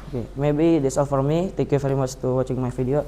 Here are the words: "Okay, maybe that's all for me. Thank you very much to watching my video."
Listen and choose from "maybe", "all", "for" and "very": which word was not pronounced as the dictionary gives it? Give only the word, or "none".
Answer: very